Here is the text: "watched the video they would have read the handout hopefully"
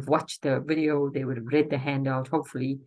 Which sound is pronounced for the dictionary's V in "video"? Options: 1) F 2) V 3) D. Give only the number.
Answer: 2